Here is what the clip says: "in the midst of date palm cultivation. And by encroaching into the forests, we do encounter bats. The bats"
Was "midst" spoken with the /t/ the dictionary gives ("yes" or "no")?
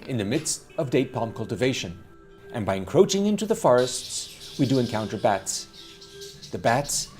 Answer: yes